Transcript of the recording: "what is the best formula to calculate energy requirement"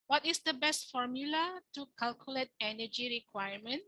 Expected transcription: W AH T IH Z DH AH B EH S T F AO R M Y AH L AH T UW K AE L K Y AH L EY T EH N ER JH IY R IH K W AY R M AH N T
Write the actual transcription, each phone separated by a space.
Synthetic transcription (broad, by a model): W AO T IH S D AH B EH S T F AO R M Y AH L AH T UW K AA L K Y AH L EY T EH N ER JH IY R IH K W AY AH M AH N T